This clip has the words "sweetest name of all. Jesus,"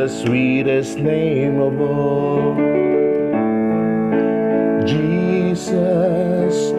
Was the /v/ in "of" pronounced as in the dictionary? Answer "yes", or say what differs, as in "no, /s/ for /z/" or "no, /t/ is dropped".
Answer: no, /b/ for /v/